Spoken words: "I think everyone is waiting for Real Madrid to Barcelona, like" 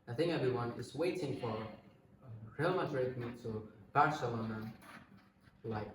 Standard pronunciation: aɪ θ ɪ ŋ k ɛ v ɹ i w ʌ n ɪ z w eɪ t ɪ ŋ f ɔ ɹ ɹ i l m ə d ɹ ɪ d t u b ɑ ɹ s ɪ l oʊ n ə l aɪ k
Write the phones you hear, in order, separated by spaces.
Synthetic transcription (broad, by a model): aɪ θ ɪ ŋ k ɛ v ɹ i w ʌ n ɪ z w eɪ t ɪ ŋ f ɔ ɹ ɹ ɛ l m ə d ɹ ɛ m t u b ɑ ɹ s ɪ l oʊ n ə l aɪ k